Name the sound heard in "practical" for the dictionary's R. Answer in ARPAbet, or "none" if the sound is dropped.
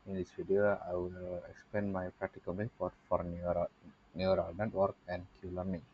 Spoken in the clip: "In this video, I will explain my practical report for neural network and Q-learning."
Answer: R